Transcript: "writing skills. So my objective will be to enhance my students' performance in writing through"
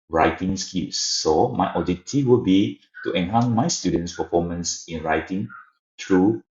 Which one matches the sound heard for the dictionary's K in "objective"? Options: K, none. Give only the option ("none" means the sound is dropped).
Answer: none